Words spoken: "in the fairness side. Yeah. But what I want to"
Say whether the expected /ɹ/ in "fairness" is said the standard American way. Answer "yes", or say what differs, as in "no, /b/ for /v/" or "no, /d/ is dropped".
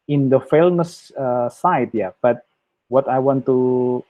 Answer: no, /l/ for /ɹ/